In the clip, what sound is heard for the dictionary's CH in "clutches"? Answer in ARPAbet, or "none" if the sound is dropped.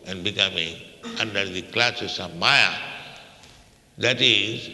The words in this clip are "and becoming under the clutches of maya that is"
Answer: S